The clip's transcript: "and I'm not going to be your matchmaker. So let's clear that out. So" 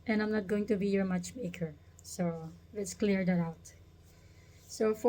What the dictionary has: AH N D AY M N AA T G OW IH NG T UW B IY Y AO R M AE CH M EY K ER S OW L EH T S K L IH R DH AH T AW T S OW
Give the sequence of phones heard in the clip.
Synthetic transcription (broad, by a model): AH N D AY M N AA T G OW IH NG T UW B IY Y AO R M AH CH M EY K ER S OW L EH T S K L IH R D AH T AW T S OW